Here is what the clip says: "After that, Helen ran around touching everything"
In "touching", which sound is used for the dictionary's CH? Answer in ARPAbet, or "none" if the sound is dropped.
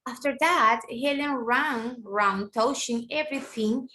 SH